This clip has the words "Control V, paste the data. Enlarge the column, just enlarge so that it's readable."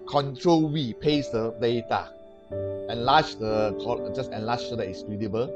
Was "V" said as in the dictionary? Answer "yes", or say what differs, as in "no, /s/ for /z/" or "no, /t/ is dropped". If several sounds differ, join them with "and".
no, /w/ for /v/